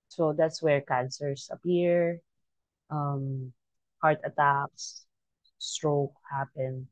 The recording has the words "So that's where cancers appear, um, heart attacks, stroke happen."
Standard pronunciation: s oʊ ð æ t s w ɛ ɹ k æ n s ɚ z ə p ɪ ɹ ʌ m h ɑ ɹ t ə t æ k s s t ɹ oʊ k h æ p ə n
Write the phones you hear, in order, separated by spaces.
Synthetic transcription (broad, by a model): s oʊ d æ t s w ɛ ɹ k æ n s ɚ s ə p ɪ ɹ ʌ m h ɑ ɹ t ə t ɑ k s s t ɹ oʊ k h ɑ p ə n